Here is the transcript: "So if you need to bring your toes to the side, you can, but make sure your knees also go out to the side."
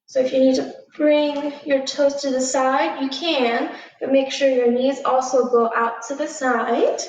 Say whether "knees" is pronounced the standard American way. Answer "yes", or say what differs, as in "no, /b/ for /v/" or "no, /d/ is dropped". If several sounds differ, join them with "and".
yes